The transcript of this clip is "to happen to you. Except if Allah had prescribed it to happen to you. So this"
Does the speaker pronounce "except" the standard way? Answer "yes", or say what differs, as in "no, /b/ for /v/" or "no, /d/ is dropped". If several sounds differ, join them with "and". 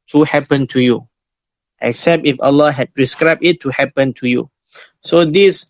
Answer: yes